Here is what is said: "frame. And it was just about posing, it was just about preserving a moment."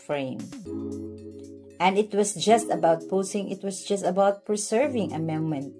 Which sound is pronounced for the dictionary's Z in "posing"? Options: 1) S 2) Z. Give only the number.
1